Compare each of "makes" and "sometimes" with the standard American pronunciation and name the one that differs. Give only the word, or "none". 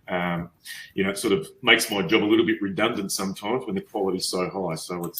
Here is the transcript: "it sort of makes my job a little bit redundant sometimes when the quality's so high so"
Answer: none